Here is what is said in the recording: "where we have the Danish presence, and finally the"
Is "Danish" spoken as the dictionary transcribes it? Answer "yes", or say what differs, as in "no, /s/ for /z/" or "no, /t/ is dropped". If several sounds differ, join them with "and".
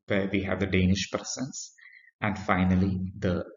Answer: yes